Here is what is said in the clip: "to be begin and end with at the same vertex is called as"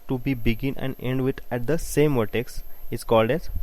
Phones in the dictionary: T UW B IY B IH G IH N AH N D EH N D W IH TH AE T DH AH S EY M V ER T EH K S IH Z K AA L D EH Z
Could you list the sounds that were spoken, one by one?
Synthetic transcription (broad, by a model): T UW B IY B IH G IH N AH N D EH N D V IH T AE T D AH S EY M V ER T EH K S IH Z K AA L D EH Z